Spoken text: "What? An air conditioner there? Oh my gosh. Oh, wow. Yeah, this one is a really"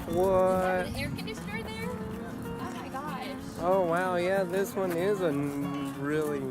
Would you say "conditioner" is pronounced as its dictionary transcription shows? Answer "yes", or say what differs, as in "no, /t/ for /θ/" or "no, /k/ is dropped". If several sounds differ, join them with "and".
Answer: no, /s/ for /ʃ/